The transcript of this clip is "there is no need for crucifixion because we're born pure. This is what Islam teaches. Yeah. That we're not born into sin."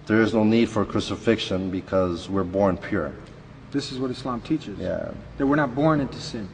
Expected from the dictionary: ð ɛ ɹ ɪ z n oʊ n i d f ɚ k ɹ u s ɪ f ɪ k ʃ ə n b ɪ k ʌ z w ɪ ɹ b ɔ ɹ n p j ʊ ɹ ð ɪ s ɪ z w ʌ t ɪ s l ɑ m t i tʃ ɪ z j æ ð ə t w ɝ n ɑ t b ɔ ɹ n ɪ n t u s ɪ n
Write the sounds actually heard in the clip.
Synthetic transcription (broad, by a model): ð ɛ ɹ ɪ z n oʊ n i d f ɚ k ɹ u s ɪ f ɪ k ʃ ə n b ɪ k ʌ z w ɪ ɹ b ɔ ɹ n p j ʊ ɹ ð ɪ s ɪ z w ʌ t ɪ s l ɑ m t i tʃ ɪ z j æ ð ə t w ɝ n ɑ t b ɔ ɹ n ɪ n t u s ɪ n